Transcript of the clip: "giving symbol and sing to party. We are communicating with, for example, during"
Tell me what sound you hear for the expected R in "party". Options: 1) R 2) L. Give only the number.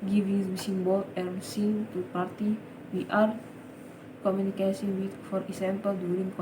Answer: 1